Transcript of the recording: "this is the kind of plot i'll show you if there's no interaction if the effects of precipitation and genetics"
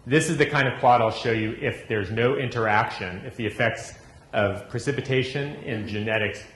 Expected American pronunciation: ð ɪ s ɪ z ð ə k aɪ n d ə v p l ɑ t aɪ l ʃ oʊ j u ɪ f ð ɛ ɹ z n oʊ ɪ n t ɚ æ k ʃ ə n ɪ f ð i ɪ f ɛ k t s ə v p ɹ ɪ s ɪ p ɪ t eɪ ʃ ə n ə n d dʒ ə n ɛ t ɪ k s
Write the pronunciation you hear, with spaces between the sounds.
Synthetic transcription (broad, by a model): ð ɪ s ɪ z ð ə k aɪ n d ə v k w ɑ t aɪ l ʃ oʊ j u ɪ f ð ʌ ɹ z n oʊ ɪ n t ɚ æ k ʃ ə n ɪ f ð i ɪ f ɛ k t s ə v p ɹ ɪ s ɪ p ɪ t eɪ ʃ ə n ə n dʒ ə n ɛ t ɪ k s